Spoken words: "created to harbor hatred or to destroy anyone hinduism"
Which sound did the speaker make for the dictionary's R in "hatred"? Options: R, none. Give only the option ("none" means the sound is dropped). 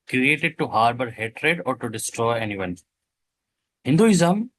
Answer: R